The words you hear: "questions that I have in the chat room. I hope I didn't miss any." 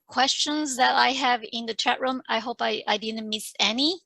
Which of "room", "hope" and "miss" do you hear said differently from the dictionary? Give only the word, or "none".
none